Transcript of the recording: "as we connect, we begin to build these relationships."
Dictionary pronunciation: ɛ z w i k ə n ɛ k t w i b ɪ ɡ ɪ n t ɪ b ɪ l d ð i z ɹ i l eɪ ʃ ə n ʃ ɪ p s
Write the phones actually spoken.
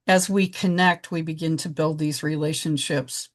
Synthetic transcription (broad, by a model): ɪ z w i k ə n ɛ k t w i b ɪ ɡ ɪ n t ɪ b ɪ l d ð i z ɹ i l eɪ ʃ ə n ʃ ɪ p s